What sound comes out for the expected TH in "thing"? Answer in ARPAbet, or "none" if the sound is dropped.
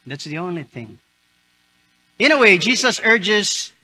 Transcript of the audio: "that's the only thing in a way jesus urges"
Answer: TH